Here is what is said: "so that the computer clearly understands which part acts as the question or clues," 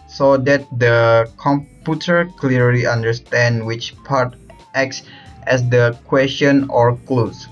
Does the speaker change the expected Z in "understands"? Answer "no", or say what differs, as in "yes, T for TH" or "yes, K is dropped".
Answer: yes, Z is dropped